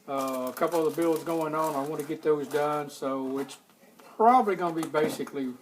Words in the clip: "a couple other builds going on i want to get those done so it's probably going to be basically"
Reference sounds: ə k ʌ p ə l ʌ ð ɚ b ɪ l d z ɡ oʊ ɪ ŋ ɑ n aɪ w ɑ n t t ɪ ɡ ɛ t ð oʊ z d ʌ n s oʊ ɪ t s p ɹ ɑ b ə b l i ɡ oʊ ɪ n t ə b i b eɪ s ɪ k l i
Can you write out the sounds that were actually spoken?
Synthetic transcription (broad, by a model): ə k ʌ p l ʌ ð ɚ b ɪ l z ɡ oʊ ɪ ŋ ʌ n aɪ w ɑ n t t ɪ ɡ ɛ t ð oʊ z d ʌ n s oʊ ɪ t s p ɹ ɑ b ə b l i ɡ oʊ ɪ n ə b i b eɪ s ɪ k l i